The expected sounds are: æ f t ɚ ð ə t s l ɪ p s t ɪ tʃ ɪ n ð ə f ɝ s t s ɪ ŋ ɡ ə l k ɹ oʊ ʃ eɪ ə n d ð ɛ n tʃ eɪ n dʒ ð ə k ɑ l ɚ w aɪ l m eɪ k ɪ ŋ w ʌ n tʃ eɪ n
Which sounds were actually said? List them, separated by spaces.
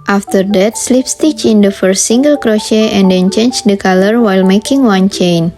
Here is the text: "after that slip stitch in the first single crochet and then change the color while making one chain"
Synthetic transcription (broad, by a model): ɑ f t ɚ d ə t s l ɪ p s t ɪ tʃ ɪ n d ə f ɝ s t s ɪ ŋ ɡ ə l k ɹ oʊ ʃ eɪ ə n d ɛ n tʃ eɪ n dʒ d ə k ɑ l ɚ w aɪ l m eɪ k ɪ ŋ w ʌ n tʃ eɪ n